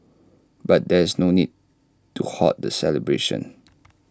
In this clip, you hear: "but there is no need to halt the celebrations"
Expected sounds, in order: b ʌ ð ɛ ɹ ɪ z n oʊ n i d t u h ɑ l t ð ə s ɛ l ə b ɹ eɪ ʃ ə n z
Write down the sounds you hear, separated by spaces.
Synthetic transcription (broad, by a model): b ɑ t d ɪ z n oʊ n i d t u h ɑ t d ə s ɛ l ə b ɹ eɪ ʃ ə n